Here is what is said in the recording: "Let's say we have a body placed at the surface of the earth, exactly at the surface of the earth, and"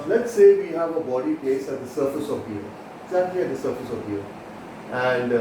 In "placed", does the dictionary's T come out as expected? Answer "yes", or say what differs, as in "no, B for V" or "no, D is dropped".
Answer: no, T is dropped